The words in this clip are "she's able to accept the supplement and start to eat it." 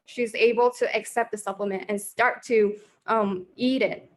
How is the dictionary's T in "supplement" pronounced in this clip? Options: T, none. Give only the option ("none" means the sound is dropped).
T